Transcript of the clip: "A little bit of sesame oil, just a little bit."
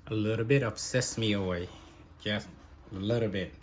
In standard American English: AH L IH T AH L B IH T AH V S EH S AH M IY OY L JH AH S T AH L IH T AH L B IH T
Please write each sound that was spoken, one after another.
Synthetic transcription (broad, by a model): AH L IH T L B IH T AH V S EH S M IY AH W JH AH S T AH L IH T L B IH T